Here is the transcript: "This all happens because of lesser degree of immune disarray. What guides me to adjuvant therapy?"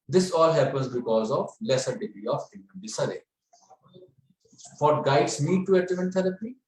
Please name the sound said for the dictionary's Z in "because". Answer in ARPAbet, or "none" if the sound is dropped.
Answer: Z